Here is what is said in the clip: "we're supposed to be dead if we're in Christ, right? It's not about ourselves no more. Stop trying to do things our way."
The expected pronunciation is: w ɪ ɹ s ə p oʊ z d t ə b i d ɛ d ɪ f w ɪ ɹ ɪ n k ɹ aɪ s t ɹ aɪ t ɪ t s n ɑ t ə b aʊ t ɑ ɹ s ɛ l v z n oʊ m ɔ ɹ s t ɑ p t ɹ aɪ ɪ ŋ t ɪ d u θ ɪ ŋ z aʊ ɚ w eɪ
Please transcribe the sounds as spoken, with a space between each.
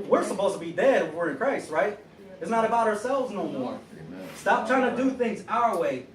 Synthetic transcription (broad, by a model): w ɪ ɹ s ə p oʊ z t ə b i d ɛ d ɪ f w ɪ ɹ ɪ n k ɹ aɪ s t ɹ aɪ t ɪ t s n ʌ t ə b aʊ t ɑ ɹ s ɛ l v z n oʊ m ɔ ɹ s t ɑ p t ɹ aɪ ɪ ŋ t ɪ d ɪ θ ɪ ŋ z aʊ ɚ w eɪ